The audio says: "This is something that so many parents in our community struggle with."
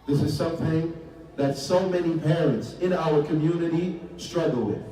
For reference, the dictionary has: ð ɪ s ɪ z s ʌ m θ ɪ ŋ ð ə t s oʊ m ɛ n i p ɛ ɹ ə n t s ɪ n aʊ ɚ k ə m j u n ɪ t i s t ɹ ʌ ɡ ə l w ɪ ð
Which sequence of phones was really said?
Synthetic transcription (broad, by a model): ð ɪ s ɪ z s ʌ m θ ɪ ŋ ð ə t s oʊ m ɛ n i p ɛ ɹ ə n t s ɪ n aʊ ɚ k ə m j u n ɪ t i s t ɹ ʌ ɡ l w ɪ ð